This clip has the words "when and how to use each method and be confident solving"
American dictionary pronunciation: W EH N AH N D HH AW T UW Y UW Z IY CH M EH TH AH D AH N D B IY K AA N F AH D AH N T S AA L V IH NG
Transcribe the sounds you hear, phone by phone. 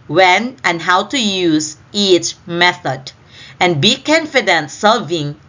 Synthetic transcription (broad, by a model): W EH N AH N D HH AW T UW Y UW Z IY CH M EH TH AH D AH N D B IY K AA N F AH D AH N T S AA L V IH NG